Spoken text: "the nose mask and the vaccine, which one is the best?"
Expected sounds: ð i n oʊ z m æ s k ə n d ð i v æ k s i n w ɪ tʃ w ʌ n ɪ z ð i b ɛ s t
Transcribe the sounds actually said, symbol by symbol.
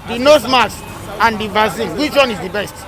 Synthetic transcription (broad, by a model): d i n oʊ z m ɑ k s ə n d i v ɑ s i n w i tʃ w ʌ n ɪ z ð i b ɛ s t